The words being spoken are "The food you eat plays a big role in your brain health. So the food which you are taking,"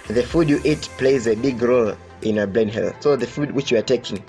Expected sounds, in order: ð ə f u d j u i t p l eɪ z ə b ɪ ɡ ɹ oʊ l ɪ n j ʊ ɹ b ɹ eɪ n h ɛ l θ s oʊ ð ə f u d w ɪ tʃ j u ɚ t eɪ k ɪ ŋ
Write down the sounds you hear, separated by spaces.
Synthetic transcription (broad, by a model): ð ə f u d j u i t p l eɪ z ə b ɪ ɡ ɹ oʊ l ɪ n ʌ b l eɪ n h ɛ l s oʊ ð ə f u d w ɪ tʃ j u ɚ t eɪ k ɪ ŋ